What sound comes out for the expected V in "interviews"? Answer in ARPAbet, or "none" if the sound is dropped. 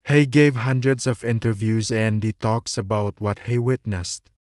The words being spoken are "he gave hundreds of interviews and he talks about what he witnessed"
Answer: V